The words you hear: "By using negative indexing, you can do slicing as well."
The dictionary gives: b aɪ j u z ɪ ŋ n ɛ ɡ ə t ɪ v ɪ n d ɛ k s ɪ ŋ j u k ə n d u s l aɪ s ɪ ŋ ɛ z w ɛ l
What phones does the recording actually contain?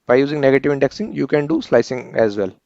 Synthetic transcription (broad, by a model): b aɪ j u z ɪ ŋ n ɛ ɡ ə t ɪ v ɪ n d ɛ k s ɪ ŋ j u k ə n d u s l aɪ s ɪ ŋ ɛ z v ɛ l